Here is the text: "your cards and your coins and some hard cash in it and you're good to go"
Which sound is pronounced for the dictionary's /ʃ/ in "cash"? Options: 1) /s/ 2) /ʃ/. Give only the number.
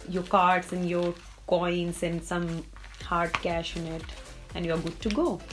2